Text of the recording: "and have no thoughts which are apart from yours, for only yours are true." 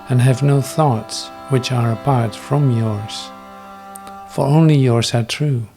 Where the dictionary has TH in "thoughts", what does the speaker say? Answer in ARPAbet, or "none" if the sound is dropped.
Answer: TH